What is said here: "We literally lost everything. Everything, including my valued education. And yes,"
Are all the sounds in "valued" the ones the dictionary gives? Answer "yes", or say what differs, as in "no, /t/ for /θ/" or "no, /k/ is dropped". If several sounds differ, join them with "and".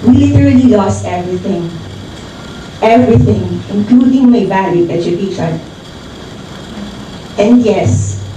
no, /d/ is dropped